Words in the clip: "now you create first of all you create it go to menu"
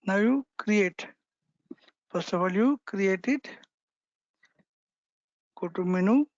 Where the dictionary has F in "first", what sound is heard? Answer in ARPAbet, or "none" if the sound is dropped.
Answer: P